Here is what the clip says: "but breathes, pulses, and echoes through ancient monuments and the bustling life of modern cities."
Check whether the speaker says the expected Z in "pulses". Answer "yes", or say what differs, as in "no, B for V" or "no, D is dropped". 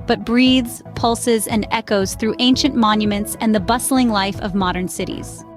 yes